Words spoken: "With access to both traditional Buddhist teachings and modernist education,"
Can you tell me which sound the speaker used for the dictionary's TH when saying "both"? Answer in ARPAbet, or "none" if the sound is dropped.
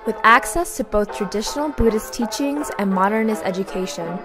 TH